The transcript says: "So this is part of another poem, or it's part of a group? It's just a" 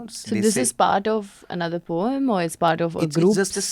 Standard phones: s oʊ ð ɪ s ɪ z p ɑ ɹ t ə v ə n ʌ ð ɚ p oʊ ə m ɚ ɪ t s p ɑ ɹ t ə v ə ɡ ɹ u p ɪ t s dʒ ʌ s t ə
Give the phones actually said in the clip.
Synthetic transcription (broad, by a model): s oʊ ð ɪ s ɪ z p ɑ ɹ t ə v ə n ʌ ð ɚ p oʊ ə m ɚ ɪ t s p ɑ ɹ t ə v ə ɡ ɹ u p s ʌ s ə